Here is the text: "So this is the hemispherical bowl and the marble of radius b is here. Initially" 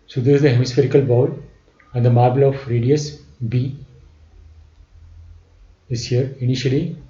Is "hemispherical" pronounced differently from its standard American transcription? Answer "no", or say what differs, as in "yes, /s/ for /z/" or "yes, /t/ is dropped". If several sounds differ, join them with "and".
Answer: no